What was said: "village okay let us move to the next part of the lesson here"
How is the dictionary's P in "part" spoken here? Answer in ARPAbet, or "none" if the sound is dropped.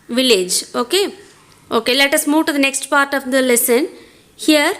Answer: P